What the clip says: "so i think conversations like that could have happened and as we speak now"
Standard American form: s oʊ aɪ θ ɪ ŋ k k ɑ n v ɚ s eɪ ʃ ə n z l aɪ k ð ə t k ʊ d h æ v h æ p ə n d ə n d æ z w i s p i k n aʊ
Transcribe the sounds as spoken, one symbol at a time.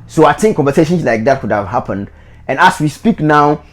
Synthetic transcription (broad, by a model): s oʊ aɪ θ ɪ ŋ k k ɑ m v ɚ s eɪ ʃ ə n s l aɪ k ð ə t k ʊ d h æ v h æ p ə n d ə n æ s w i s p i k n aʊ